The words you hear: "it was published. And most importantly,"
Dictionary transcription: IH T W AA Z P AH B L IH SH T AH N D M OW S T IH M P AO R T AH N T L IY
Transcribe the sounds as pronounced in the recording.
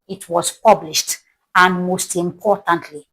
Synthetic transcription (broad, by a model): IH T W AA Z P AH B L IH SH T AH N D M OW S T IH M P AO T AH N T L IY